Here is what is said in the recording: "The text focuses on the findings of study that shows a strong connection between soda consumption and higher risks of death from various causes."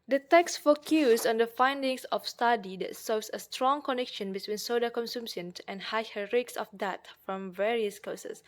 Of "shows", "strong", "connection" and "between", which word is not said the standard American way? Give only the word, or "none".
shows